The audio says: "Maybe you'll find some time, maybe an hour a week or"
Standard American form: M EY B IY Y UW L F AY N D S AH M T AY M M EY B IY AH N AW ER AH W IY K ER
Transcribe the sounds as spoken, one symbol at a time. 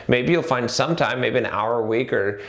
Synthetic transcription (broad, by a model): M EY B IY Y UW L F AY N D S AH M T AY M M EY B IY AH N AW ER W IY K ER